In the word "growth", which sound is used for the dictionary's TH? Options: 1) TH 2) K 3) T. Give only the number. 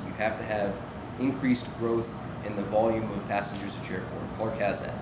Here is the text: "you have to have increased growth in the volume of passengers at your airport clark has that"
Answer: 1